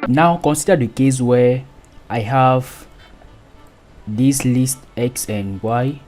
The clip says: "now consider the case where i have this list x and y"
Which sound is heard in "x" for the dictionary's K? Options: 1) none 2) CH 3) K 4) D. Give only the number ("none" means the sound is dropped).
3